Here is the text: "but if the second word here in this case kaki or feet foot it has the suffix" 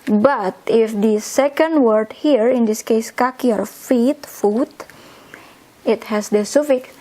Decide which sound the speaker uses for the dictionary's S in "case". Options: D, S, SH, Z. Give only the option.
S